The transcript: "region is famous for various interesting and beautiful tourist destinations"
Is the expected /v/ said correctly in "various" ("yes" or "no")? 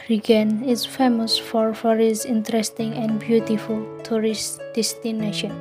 no